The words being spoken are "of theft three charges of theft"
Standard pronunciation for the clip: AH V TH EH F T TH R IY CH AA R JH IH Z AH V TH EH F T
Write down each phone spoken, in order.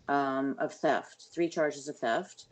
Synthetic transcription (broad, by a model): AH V TH EH F T TH R IY CH AA R JH IH Z AH V TH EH F T